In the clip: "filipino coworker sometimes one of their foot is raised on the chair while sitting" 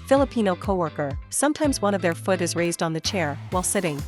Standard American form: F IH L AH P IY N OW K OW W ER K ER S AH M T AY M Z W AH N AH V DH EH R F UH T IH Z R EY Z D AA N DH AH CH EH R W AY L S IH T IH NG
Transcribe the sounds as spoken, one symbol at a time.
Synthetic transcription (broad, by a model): F IH L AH P IY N OW K OW W ER K ER S AH M T AY M Z W AH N AH V DH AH R F UH T IH Z R EY Z D N DH AH CH EH R W AY L S IH T IH NG